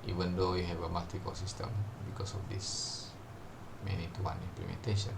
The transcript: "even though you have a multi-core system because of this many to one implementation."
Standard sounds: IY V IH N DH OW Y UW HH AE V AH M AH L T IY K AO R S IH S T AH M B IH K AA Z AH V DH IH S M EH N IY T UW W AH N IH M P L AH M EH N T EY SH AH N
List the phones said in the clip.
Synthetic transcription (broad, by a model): IY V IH N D OW Y UW HH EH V AH M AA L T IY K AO L S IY S T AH M B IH K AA S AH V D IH S M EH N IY T UW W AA N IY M P L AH M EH N T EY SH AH N